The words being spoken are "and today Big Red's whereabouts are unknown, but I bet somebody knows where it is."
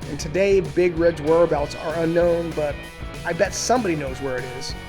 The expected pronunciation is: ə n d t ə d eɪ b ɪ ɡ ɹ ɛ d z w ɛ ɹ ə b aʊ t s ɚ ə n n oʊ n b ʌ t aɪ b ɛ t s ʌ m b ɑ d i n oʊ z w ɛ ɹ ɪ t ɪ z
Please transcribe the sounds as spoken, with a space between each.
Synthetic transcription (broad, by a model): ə n t ə d eɪ b ɪ ɡ ɹ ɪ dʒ w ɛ ɹ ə b aʊ t s ɚ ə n n oʊ n b ʌ t aɪ b ɛ t s ʌ m b ɑ d i n oʊ z w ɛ ɹ ɪ t ɪ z